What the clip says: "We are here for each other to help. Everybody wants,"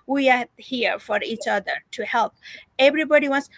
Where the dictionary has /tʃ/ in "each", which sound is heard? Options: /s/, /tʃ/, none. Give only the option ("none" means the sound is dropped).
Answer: /tʃ/